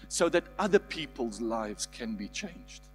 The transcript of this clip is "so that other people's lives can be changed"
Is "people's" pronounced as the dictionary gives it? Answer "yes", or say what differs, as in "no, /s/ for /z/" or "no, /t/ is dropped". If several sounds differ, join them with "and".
yes